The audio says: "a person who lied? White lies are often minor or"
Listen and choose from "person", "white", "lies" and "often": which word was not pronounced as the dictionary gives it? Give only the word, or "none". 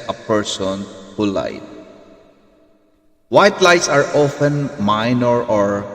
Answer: lies